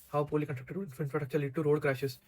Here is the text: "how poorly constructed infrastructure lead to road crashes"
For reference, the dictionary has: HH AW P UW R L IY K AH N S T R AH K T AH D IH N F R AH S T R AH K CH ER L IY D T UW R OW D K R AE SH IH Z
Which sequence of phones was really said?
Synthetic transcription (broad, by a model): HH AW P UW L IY K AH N T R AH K T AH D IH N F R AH T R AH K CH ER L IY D T UW R OW D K R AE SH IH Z